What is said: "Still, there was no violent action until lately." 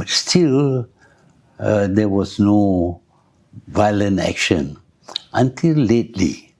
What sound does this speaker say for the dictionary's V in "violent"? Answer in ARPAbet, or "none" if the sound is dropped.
V